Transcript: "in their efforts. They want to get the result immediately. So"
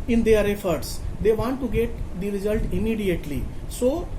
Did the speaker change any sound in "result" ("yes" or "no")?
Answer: no